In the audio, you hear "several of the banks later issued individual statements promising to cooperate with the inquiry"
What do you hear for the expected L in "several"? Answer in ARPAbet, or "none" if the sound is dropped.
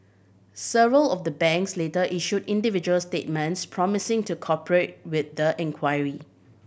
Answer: L